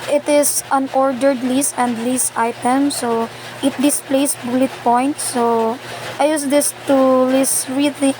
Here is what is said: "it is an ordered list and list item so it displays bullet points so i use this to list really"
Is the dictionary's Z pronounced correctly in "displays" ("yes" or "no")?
no